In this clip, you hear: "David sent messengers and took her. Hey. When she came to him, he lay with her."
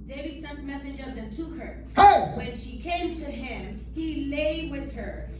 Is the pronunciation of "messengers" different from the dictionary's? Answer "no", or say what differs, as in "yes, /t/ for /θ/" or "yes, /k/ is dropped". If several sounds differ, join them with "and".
no